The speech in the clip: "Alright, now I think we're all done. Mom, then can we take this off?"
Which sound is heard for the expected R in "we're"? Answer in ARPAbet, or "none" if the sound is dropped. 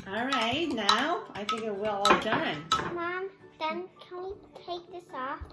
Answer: L